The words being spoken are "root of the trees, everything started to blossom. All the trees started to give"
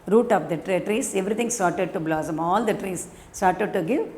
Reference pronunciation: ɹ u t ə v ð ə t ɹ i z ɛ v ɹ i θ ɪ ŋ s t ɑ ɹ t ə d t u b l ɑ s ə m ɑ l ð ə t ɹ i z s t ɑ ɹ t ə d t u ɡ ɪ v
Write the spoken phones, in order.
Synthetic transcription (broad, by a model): ɹ u t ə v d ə t ɹ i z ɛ v ɹ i t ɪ ŋ s t ɑ ɹ t ə d t u b l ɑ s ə m ɑ l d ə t ɹ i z s t ɑ ɹ t ə d t u ɡ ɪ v